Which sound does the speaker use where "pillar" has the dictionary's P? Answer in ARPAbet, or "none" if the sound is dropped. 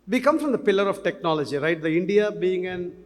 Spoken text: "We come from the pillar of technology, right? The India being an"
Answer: P